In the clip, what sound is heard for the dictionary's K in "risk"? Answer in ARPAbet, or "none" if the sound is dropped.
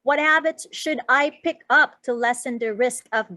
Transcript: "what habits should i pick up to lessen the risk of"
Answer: K